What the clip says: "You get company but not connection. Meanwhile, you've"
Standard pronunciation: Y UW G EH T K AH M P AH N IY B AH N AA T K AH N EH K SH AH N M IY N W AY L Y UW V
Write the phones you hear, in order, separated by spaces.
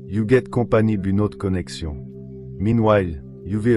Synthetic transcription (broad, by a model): Y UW G EH T K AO P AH N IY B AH N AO T K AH N EH K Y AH M IY N W AY L Y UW V